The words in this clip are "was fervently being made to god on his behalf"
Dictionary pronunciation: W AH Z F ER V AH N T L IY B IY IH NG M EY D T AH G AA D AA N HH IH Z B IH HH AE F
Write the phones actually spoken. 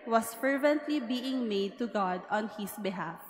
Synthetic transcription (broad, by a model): W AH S F ER V AH N T L IY B IY IH NG M EY D T AH G AA D AA N HH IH S B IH HH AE F